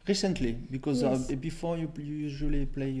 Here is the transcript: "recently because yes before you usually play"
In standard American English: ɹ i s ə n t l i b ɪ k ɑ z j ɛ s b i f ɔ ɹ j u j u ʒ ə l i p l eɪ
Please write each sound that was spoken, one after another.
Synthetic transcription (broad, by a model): ɹ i s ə n t l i b ɪ k ɑ z b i f ɔ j j u j u ʒ ə l i p l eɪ